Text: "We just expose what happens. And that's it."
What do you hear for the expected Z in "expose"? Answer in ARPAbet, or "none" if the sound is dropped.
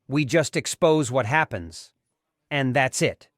Z